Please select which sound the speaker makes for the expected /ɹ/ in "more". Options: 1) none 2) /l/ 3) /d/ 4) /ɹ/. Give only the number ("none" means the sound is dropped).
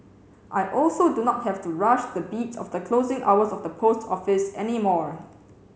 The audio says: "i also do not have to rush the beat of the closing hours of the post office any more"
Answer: 4